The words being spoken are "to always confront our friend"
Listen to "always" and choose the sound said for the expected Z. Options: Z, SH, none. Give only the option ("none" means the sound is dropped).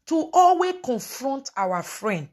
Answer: none